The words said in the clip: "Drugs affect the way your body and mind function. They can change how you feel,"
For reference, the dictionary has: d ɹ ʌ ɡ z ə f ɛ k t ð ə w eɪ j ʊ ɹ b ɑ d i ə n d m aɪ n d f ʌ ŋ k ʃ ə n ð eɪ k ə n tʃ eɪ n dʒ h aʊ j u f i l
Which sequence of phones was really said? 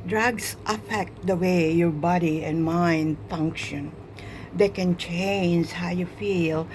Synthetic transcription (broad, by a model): d ɹ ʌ ɡ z ə f ɛ k t ð ə w eɪ j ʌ ɹ b ɑ d i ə n m aɪ n d f ʌ ŋ k ʃ ə n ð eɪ k ə n tʃ eɪ n dʒ h aʊ j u f i l